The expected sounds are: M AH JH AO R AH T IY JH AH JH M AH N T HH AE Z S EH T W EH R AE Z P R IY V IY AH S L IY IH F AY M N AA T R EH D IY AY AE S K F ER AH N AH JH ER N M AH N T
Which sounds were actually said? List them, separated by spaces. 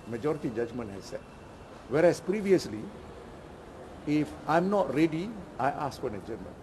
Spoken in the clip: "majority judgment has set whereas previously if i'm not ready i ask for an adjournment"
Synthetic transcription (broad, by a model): M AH JH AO R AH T IY JH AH JH M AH N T HH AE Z S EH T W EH R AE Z P R IY V IY AH S L IY IH F AY M N AA T R EH D IY AY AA S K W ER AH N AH JH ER M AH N